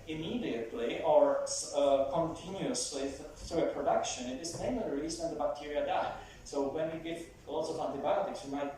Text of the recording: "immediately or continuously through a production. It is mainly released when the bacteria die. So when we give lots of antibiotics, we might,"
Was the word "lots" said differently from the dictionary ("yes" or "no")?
no